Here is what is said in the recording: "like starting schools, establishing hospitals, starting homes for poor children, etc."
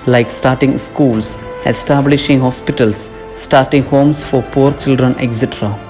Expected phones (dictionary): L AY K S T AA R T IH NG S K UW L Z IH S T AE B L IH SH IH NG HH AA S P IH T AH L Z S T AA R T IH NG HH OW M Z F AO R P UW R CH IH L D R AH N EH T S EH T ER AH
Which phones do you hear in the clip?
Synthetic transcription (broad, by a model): L AY K S T AA R T IH NG S K UW L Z IH S T AE B L IH SH IH NG HH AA S P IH T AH L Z S T AA R T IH NG HH OW M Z F AO R P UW R CH IH L D R AH N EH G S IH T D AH